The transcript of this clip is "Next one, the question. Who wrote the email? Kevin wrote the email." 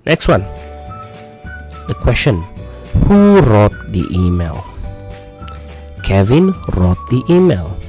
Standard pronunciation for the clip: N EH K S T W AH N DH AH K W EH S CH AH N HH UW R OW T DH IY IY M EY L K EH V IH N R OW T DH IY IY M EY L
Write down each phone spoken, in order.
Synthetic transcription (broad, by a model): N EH K S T W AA N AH K W EH S CH AH N HH UW R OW T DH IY IY M EY L K EH V IH N R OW T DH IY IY M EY L